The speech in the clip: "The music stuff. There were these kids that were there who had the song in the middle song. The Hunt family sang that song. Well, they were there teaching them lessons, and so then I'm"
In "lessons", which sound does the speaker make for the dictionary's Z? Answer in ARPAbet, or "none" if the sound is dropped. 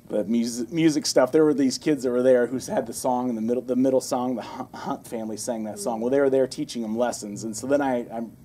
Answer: Z